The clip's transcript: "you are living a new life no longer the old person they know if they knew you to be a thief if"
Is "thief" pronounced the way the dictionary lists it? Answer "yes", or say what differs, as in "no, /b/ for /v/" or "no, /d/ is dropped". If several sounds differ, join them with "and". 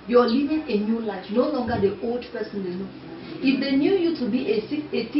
no, /s/ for /θ/ and /f/ is dropped